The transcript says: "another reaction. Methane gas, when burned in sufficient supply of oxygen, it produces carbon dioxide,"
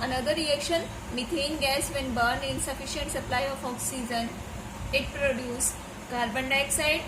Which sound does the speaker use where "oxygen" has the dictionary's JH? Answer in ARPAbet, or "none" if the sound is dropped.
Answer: Z